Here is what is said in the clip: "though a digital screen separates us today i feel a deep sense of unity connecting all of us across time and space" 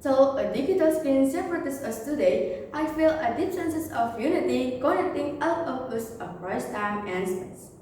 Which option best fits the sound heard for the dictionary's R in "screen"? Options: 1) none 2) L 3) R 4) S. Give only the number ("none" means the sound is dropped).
1